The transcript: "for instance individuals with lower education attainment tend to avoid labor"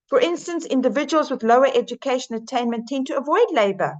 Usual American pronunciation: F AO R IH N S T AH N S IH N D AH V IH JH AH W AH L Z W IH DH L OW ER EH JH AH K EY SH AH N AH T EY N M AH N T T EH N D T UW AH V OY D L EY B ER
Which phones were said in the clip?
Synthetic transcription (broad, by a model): F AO R IH N S T AH N S IH N D AH V IH JH AH W AH L Z W IH DH L OW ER EH JH AH K EY SH AH N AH T EY N M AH N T T EH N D T UW AH V OY D L EY B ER